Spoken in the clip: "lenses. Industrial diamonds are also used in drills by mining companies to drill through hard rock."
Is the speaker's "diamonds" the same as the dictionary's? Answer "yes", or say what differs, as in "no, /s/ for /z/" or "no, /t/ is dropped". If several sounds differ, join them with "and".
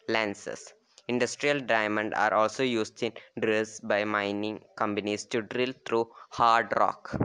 no, /z/ is dropped